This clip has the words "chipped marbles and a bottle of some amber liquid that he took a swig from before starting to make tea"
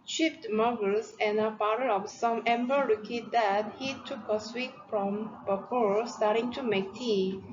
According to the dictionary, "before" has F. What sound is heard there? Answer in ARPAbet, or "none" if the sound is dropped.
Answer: P